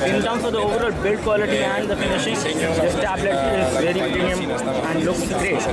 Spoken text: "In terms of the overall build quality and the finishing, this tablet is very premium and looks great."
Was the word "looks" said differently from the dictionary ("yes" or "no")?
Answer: yes